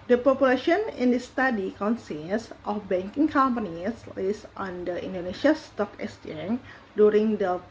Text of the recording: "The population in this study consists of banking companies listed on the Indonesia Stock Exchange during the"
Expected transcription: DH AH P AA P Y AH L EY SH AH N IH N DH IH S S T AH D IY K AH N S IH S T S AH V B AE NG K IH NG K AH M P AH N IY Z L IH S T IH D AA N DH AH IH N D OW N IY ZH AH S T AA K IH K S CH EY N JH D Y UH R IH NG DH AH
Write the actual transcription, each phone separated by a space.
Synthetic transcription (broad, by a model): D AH P AA P Y AH L EY SH AH N IH N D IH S S T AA D IY K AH N S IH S T AH F B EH NG K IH NG K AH M P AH N IY S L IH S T AA N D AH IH N D OW N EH SH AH S T AA K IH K S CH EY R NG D Y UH R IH NG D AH